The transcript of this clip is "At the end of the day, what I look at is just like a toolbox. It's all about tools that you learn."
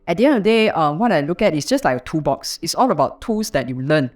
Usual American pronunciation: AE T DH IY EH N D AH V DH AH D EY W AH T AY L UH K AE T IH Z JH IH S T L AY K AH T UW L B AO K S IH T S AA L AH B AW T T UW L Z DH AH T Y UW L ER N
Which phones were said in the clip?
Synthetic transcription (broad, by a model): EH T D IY EH N D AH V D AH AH W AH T AY L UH K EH T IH S JH IH S T L AY K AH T UW B AO K S IH T S AA L AH B AW T T UW L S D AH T Y UW L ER N